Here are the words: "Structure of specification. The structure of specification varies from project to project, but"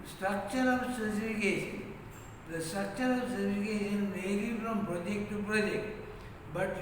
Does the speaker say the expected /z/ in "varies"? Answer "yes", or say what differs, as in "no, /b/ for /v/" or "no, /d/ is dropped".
no, /z/ is dropped